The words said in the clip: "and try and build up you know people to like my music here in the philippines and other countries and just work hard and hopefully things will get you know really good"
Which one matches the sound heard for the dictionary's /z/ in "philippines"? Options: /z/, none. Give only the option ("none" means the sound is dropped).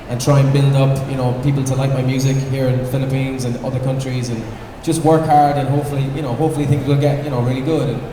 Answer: /z/